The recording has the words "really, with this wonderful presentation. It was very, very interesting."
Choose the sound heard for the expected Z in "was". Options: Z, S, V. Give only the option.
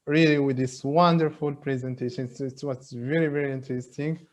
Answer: S